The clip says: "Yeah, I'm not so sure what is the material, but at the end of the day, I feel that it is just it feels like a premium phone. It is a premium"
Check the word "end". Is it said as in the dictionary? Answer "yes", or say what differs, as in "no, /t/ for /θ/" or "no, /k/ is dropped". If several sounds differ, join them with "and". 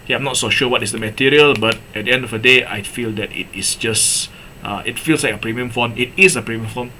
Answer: yes